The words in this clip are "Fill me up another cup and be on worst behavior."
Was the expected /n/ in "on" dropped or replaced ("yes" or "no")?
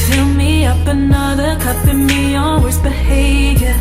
yes